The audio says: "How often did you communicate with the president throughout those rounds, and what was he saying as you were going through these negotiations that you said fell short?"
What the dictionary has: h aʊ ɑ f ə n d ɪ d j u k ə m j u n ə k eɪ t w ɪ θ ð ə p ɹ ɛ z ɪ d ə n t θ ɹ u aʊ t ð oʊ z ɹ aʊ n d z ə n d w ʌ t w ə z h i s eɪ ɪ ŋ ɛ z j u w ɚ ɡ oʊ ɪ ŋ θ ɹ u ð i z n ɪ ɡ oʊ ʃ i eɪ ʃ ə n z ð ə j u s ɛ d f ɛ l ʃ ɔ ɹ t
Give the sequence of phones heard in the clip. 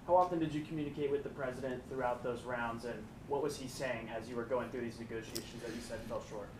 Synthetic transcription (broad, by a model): h aʊ ɑ f ə n d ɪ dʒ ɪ k m j u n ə k eɪ t w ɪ ð ə p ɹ ɛ z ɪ d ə n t θ ɹ u aʊ t ð oʊ z ɹ aʊ n d z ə n w ʌ t w ə z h i s eɪ ɪ ŋ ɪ z j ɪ w ɚ ɡ oʊ ɪ ŋ θ ɹ u ð i z n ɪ ɡ oʊ ʃ i eɪ ʃ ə n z ð ə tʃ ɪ s ɛ d f ɛ l ʃ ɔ ɹ